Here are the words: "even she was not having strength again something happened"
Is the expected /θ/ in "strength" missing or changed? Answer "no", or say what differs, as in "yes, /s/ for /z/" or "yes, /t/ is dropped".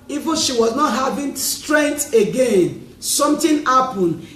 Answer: yes, /t/ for /θ/